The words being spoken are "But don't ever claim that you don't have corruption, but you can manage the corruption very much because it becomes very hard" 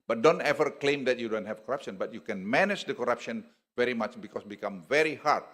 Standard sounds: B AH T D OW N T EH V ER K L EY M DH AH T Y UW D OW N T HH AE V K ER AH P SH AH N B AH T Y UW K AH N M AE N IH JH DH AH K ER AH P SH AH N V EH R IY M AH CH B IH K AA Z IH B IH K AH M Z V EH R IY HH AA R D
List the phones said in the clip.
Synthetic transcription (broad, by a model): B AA T D OW N T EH V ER K L EY M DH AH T Y UW D OW N T HH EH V K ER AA P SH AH N B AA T Y UW K AH N M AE N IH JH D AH K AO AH P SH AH N V EH R IY M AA CH B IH K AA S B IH K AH M V EH R IY HH AA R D